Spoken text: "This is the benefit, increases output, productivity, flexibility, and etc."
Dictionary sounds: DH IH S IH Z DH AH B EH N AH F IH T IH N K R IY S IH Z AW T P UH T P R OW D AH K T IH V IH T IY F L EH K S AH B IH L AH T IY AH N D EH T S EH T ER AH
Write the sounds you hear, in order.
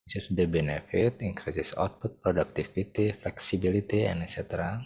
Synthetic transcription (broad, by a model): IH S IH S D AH B EH N AH F IH T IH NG K R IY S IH S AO T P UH T P R OW D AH K T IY F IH T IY F L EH K S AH B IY L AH T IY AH N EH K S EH T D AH